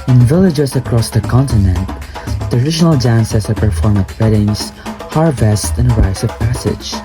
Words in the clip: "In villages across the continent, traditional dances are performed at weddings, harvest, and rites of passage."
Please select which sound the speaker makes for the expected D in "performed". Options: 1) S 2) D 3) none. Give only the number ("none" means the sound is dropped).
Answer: 3